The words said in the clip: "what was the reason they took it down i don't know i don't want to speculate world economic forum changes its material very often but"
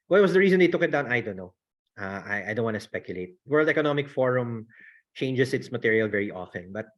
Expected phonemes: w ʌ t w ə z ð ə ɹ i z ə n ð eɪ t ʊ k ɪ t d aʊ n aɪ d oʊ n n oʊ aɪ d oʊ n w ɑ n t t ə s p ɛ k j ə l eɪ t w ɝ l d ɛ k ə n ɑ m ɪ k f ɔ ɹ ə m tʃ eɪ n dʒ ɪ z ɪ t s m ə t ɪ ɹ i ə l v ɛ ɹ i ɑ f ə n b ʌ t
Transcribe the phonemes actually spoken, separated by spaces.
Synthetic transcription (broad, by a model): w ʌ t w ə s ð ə ɹ i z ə n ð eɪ t ʊ k ɪ t d aʊ n aɪ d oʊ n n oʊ aɪ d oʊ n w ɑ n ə s p ɛ k j ə l eɪ t w ɝ l d ɛ k ə n ɑ m ɪ k f ɔ ɹ ə m tʃ eɪ n dʒ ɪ s ɪ t s m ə t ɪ ɹ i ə l v ɛ ɹ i ɑ f ə n b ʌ t